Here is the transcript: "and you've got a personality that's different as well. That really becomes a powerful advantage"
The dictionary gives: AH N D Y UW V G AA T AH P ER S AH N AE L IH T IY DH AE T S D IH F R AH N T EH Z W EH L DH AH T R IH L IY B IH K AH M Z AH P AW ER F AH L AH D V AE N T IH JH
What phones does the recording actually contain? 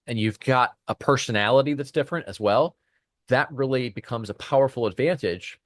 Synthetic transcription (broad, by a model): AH N Y UW V G AA T AH P ER S AH N AE L IH T IY DH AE T S D IH F R AH N T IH Z W EH L DH AH T R IH L IY B IH K AH M Z AH P AW ER F L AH D V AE N T IH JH